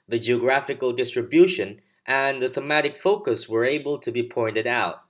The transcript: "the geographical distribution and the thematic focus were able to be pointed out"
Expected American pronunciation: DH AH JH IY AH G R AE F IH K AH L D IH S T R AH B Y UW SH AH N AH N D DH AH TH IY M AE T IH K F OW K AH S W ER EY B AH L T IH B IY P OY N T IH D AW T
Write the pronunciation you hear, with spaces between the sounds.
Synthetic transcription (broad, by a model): DH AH JH IY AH G R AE F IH K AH L D IH S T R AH B Y UW SH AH N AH N DH AH TH IY M AE T IH K F OW K AH S W ER EY B AH L T IH B IY P OY N T IH D AW T